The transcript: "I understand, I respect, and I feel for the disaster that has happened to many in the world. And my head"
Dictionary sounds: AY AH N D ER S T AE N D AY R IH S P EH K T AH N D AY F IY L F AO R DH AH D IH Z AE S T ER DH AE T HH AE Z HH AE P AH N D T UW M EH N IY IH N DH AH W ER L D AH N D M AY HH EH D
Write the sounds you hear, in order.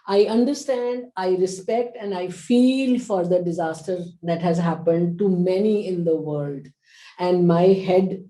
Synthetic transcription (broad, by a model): AY AH N D ER S T AE N D AY R IH S P EH K T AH N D AY F IY L F AO R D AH D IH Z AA S T ER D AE T HH AE Z HH AE P AH N D T UW M EH N IY IH N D AH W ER L D AH N D M AY HH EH D